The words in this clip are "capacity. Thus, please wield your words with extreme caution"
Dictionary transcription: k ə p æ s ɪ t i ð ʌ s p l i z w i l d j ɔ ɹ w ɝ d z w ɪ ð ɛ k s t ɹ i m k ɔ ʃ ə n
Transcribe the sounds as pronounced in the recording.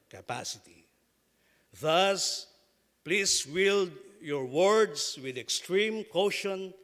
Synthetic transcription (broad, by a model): k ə p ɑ s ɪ t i ð ʌ s p l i s w i l d j ɔ ɹ w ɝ d s w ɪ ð ɛ k s t ɹ i m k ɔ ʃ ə n